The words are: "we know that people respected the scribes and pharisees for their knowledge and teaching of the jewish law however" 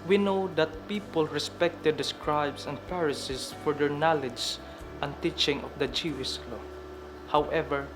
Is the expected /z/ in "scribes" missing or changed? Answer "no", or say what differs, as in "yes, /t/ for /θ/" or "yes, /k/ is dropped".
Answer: yes, /s/ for /z/